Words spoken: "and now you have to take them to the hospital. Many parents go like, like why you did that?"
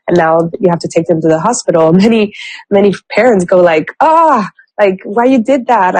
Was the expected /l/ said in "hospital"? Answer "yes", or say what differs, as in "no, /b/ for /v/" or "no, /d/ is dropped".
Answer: no, /n/ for /l/